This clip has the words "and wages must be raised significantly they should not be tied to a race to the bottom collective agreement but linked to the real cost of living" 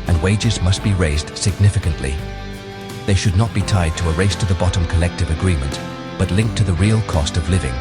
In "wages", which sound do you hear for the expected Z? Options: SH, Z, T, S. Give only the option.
Z